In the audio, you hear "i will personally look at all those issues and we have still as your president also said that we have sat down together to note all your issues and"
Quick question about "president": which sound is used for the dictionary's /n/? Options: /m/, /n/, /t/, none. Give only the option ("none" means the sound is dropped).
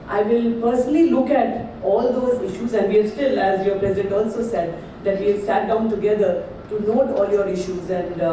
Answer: /n/